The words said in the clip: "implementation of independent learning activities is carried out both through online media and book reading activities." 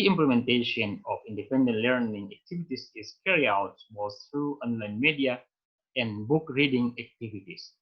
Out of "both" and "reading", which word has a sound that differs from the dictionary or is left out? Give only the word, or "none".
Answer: both